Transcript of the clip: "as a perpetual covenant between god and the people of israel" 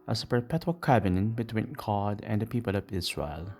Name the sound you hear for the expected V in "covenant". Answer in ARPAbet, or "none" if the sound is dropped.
B